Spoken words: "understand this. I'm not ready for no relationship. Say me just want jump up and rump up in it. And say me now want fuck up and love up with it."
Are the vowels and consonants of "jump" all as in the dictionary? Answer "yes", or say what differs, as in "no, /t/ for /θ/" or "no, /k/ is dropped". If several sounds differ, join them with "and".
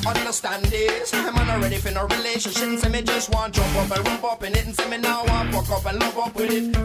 no, /m/ is dropped